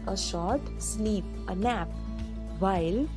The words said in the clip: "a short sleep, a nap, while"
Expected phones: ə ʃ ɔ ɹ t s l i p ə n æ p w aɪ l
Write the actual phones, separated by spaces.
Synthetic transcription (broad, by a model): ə ʃ ɔ ɹ t s n i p ə n æ p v aɪ l